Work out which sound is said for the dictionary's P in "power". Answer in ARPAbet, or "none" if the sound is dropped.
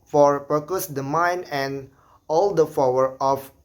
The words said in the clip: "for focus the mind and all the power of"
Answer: F